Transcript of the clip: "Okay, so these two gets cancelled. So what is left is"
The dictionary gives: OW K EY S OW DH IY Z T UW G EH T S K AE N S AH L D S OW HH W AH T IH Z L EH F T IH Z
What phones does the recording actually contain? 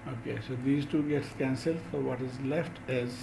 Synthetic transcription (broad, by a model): OW K EY S OW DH IY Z T UW G EH T S K AE N S AH L D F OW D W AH T IH Z L EH F T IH Z